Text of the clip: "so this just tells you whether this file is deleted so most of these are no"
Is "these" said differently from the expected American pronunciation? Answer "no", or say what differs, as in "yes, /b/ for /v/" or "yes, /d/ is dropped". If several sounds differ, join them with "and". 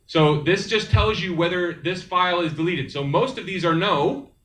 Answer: no